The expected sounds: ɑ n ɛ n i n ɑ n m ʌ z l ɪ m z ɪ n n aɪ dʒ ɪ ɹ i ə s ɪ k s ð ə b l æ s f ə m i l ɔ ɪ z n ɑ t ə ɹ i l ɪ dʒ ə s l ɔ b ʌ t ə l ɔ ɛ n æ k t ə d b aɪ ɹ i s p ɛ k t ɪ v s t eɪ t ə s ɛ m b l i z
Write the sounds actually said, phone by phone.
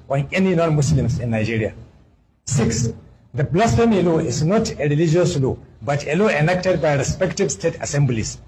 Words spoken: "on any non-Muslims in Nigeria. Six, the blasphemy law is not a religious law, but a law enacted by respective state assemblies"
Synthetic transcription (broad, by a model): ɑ n ɛ n i n ɑ n m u s l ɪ m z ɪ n n aɪ dʒ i ɹ i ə s ɪ k s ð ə b l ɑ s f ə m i l ɔ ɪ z n ɑ t ə ɹ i l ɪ dʒ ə s l ɔ b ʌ t ə l ɔ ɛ n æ k t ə d b aɪ ɹ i s p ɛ k t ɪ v s t eɪ t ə s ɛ m b l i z